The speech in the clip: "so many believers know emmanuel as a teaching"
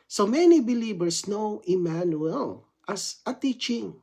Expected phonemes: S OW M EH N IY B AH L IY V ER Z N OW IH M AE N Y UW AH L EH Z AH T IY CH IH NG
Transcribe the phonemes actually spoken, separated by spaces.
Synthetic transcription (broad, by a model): S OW M EH N IY B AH L IY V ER S N OW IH M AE N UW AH L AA S AH T IY CH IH NG